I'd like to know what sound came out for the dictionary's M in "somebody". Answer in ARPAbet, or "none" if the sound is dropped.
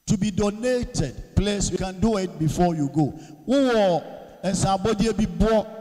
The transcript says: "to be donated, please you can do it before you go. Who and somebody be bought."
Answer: none